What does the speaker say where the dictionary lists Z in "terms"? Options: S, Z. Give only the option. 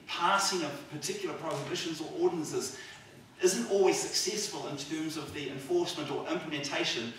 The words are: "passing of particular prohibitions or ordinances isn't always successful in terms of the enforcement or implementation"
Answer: Z